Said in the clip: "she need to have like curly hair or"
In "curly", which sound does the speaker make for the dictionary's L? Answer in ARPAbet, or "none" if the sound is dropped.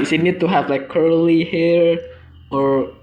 L